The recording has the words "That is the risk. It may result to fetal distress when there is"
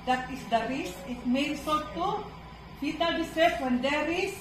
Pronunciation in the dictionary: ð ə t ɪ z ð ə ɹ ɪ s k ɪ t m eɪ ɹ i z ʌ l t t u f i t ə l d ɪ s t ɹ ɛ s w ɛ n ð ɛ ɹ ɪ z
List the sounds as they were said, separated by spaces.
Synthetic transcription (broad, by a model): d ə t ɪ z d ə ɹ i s ɪ t m eɪ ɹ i s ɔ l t t u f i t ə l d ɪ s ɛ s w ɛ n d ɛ ɹ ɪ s